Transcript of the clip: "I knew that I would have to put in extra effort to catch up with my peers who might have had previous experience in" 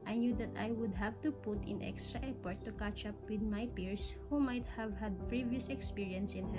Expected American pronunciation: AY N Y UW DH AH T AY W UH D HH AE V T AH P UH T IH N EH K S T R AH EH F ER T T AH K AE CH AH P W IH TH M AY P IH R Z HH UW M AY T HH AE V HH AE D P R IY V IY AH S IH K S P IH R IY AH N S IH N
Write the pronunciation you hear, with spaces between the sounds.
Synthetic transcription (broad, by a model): AY N Y UW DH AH T AY W UH D HH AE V T AH P UH T IH N EH K S T R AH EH P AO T T AH K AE CH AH P W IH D M AY P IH R S HH UW M AY T HH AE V HH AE D P R IY V IY AH S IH K S P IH R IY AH N S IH N